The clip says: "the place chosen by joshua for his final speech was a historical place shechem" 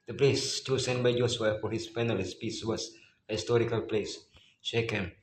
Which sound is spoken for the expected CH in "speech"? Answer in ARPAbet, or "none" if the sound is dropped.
S